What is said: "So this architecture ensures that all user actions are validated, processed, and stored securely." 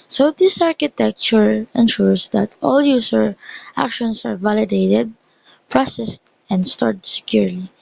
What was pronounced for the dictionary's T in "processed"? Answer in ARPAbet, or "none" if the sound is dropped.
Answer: T